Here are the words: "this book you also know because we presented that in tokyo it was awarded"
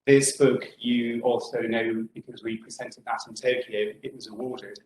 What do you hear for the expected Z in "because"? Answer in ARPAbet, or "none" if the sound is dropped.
Z